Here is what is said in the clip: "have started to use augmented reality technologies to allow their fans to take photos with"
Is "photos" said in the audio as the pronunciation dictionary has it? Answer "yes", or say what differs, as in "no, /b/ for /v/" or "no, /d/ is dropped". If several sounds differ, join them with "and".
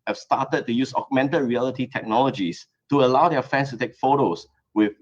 no, /s/ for /z/